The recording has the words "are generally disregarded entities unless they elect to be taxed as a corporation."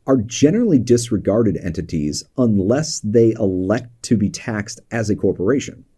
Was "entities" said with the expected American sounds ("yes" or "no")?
yes